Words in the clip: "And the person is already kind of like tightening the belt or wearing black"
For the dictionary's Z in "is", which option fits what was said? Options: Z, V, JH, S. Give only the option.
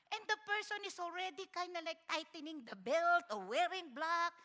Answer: S